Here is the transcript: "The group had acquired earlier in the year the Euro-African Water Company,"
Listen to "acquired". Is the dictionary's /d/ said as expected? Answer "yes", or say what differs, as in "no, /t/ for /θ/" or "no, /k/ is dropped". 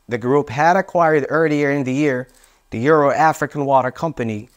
yes